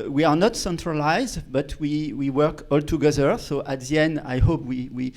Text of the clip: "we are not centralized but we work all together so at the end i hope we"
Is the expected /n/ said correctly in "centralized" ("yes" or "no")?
yes